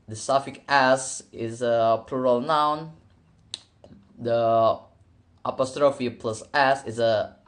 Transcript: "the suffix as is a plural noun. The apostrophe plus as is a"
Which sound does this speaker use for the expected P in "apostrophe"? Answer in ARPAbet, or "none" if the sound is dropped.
P